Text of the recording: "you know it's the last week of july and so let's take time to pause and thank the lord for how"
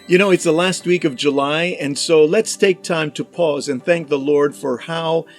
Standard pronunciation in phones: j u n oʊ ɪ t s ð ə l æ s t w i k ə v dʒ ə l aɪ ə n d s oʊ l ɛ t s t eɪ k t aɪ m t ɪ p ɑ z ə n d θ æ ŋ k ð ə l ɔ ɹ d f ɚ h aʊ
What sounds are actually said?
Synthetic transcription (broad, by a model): j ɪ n oʊ ɪ t s ð ə l æ s t w i k ə v dʒ ə l aɪ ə n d s oʊ l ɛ t s t eɪ k t aɪ m t ɪ p ɑ z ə n θ æ ŋ k ð ə l ɔ ɹ d f ɚ h aʊ